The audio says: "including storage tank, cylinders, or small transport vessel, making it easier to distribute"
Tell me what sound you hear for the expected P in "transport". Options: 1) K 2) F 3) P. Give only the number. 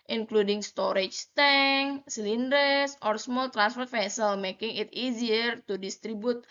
2